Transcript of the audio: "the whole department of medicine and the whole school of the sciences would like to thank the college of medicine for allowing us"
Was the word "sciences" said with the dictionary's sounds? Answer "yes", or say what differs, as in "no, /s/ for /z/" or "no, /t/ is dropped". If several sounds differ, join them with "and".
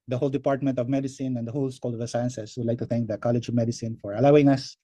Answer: no, /s/ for /z/